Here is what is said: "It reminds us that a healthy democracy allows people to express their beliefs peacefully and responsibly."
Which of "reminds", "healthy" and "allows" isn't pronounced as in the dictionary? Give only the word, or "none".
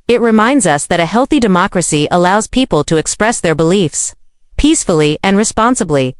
none